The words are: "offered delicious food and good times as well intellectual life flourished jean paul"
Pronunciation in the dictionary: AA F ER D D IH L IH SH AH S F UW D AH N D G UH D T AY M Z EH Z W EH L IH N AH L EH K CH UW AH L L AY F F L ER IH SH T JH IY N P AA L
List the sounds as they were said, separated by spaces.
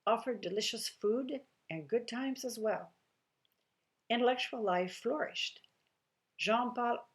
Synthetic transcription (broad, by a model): AA F ER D D IH L IH SH AH S F UW D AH N G UH D T AY M Z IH Z W EH L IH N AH L EH K CH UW L L AY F F L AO IH SH T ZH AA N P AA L